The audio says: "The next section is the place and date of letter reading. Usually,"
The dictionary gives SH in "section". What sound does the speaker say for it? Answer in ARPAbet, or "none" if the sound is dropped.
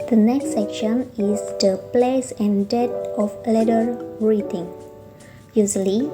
SH